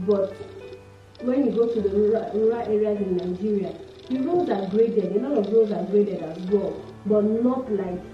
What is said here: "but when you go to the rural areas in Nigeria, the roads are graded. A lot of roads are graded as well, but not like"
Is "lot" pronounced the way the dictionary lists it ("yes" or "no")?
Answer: no